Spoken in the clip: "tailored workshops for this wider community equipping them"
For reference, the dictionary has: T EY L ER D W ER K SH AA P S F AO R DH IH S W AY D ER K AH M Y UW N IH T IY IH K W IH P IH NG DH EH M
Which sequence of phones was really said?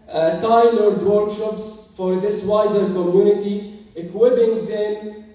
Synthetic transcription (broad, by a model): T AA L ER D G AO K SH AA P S F AO R DH IH S W AY D ER K AH M Y UW N IH T IY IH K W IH B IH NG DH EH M